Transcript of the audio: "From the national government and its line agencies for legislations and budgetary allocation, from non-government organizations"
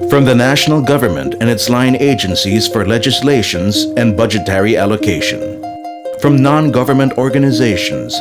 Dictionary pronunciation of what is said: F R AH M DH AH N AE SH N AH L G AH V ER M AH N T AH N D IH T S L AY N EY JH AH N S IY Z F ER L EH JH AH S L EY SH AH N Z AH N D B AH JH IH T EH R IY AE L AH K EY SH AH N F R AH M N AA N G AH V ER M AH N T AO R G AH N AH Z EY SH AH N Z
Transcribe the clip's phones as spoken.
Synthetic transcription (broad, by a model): F R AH M DH AH N AE SH N L G AH V ER M AH N T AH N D IH T S L AY N EY JH AH N S IY Z F ER L EH JH AH S L EY SH AH N Z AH N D B AH JH IH T EH R IY AE L AH K EY SH AH N F R AH M N AA N G AH V ER M AH N T AO R G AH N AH Z EY SH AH N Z